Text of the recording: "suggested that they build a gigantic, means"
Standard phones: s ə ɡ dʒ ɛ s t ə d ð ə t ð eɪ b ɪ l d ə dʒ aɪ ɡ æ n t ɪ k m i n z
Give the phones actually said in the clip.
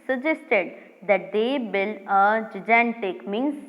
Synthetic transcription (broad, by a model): s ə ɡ dʒ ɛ s t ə d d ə t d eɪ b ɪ l ə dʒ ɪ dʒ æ n t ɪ k m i n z